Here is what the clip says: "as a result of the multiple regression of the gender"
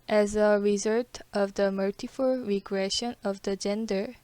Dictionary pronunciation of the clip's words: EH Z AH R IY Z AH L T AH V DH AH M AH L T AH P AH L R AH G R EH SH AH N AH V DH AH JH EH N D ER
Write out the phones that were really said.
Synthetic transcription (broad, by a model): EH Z AH R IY Z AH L T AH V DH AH M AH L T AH F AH L R AH G R EH SH AH N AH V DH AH JH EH N D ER